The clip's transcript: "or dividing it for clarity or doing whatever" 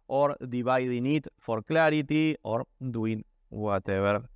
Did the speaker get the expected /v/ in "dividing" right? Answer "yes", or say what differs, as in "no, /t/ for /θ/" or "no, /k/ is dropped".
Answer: no, /b/ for /v/